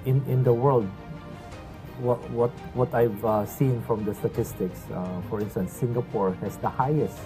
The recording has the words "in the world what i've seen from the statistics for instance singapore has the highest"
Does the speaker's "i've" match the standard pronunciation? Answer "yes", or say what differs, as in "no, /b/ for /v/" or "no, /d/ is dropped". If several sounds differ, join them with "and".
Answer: yes